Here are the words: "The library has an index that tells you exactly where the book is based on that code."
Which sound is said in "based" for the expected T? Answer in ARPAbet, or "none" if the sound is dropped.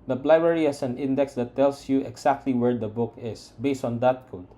T